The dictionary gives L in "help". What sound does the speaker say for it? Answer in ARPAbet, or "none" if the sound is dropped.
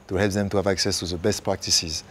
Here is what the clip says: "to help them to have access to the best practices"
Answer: L